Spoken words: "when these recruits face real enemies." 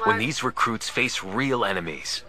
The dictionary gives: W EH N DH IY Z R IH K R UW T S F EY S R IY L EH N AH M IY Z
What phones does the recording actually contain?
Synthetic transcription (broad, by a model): W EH N DH IY Z R IH K R UW T S F EY S R IY L EH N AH M IY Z